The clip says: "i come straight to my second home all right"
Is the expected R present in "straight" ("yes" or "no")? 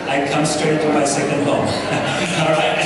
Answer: no